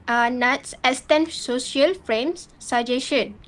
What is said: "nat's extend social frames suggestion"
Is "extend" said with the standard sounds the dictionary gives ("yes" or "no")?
no